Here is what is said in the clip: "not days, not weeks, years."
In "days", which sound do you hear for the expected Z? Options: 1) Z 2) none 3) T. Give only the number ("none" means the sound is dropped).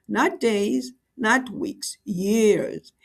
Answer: 1